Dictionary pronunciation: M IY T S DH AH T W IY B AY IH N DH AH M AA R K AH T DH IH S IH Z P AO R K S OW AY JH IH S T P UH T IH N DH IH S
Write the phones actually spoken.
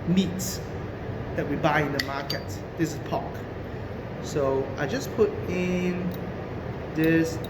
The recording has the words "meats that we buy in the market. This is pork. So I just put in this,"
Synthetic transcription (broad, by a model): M IY T S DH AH T W IY B AY IH N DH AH M AA K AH T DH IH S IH S P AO K S OW AY JH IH S P UH T IH N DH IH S